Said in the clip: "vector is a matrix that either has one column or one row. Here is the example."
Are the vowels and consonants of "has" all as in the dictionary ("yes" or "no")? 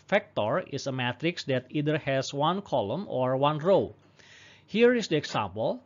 no